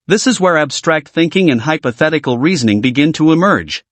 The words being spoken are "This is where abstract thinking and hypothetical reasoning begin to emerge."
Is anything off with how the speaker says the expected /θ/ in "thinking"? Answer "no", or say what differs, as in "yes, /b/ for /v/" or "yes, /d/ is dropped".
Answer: no